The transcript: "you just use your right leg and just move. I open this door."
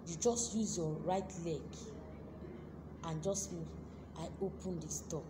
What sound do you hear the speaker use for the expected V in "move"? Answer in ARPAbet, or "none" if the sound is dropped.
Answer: none